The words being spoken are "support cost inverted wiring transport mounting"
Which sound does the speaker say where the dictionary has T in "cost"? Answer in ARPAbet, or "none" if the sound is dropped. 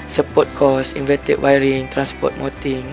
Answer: none